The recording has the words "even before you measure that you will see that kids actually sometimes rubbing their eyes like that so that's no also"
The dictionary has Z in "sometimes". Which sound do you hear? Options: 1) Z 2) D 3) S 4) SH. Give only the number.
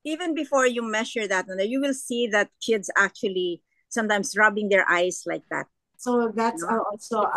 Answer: 3